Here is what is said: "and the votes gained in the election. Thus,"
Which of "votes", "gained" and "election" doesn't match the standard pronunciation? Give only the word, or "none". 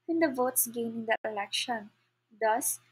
gained